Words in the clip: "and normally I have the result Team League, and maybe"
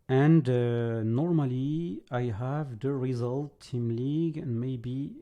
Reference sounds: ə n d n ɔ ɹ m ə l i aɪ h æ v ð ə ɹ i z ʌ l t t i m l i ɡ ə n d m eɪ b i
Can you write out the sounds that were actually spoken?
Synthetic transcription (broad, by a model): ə n d n ɔ ɹ m ə l i aɪ h æ v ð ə ɹ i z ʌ l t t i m l i ɡ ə n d m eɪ b i